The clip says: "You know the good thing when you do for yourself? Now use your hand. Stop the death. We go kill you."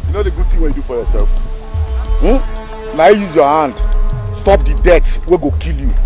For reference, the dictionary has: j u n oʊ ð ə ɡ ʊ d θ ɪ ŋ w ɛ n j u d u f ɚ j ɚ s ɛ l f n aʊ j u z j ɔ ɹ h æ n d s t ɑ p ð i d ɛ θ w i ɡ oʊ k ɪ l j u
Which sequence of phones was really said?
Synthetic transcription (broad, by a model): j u n oʊ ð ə ɡ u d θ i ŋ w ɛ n j u d u f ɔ j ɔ s ɛ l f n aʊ j u z j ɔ h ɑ n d s t ɑ p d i d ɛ s w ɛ ɡ oʊ k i l j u